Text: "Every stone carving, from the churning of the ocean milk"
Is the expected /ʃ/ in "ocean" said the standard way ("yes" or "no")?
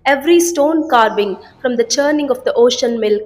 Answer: yes